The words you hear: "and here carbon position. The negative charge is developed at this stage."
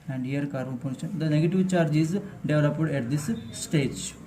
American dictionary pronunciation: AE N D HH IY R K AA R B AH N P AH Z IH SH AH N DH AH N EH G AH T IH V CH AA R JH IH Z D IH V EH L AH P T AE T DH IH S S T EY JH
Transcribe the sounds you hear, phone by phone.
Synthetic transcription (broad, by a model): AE N D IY R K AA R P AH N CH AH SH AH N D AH N EH G AH T IH V CH AA R JH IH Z D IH V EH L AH P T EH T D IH S S T EY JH